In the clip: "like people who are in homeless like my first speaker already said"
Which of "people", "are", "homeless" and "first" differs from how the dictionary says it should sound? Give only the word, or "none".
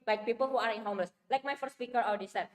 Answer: none